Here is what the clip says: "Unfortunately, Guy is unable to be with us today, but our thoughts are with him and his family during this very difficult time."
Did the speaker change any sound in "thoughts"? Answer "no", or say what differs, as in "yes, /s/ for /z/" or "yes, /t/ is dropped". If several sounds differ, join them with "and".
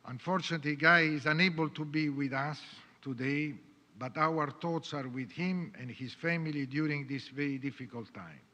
yes, /t/ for /θ/